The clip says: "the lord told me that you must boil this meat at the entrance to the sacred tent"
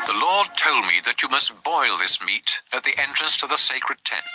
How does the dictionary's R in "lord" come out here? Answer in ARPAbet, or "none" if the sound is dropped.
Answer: R